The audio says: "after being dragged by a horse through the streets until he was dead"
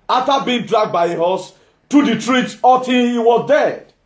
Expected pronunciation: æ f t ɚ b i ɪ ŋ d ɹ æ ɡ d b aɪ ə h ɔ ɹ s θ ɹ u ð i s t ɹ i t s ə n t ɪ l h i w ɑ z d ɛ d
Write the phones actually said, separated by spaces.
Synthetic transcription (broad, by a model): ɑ f t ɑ b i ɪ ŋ d ɹ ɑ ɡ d b aɪ ə h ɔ s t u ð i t ɹ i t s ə t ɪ n h i w ɑ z d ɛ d